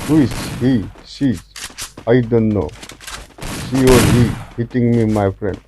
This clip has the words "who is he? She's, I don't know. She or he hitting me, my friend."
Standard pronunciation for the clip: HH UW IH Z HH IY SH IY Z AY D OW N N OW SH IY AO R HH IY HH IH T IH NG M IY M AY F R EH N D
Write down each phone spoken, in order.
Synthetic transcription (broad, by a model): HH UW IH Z HH IY S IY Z AY D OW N N OW S IY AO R HH IY HH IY T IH NG M IY M AY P R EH N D